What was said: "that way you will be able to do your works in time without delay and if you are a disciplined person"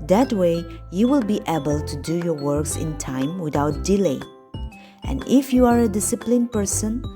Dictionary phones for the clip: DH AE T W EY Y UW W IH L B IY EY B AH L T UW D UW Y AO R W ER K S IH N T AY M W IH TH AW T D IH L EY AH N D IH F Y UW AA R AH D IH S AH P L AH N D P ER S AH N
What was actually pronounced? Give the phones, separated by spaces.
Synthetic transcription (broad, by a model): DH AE T W EY Y UW W IH L B IY EY B AH L T UW D UW Y AO R W ER K S IH N T AY M W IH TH AW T D IH L EY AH N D IH F Y UW AA R AH D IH S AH P L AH N P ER S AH N